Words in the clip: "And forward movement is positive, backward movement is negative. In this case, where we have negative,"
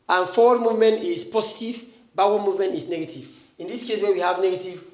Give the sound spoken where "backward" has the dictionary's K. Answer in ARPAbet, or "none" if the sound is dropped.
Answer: none